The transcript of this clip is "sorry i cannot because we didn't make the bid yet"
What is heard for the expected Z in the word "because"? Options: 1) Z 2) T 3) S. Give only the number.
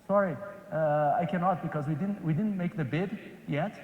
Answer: 1